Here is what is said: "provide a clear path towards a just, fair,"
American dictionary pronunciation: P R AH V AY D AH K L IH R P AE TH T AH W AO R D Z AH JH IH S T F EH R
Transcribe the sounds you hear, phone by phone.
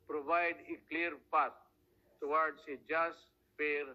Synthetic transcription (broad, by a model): P R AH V AY D AH K L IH R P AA T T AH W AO R D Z AH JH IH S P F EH R